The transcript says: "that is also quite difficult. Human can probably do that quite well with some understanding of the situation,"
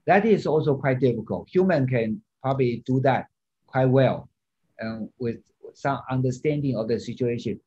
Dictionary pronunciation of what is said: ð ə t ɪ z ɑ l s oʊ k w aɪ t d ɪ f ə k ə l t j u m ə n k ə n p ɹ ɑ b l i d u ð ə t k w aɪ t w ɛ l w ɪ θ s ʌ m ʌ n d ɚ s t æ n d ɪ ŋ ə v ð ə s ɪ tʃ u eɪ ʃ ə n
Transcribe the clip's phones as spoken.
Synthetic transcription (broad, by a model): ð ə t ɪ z ɑ l s oʊ k w aɪ t d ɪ f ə k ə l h j u m ə n k ə n p ɹ ɑ b l i d u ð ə t k w aɪ t w ɛ l w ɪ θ s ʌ m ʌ n d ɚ s t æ n d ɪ ŋ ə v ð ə s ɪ tʃ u eɪ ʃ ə n